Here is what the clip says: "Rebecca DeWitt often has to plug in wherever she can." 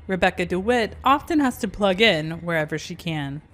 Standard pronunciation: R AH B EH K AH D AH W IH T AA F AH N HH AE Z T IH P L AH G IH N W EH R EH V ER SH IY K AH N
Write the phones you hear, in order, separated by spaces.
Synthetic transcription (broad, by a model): R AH B EH K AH D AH W IH T AA F AH N HH AE Z T IH P L AH G IH N W EH R EH V ER SH IY K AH N